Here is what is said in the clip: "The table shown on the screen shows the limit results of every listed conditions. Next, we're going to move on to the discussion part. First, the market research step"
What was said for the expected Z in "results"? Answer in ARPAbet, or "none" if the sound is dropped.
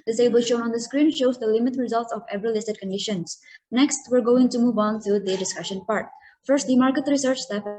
Z